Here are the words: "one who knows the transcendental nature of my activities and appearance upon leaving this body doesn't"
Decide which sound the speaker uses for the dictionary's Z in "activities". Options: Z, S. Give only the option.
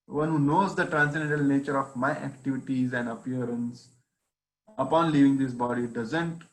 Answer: Z